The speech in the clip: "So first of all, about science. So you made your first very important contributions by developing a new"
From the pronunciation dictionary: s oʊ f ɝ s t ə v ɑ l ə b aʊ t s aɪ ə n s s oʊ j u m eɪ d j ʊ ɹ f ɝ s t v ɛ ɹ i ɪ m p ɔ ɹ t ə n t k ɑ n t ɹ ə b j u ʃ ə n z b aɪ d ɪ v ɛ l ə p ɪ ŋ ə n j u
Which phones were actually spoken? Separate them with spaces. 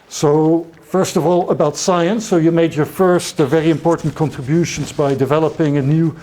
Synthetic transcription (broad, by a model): s oʊ f ɝ s t ə v ɑ l ə b aʊ t s aɪ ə n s s oʊ j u m eɪ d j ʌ ɹ f ɝ s t v ɛ ɹ i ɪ m p ɔ ɹ t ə n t k ɑ n t ɹ ə b j u ʃ ə n z b aɪ d ɪ v ɛ l ə p ɪ ŋ ə n j u